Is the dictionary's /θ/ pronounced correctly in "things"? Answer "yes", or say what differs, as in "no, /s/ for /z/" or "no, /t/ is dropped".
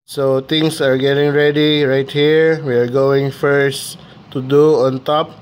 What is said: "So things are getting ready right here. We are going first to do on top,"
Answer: no, /t/ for /θ/